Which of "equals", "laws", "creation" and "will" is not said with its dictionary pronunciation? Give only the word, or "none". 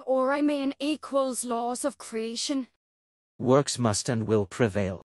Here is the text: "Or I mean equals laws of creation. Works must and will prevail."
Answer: none